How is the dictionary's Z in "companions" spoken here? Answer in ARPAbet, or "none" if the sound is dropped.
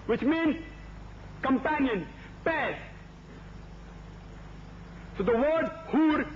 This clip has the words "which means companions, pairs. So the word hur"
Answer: none